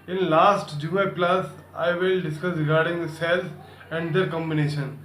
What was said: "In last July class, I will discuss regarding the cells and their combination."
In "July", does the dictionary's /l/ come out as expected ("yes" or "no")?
no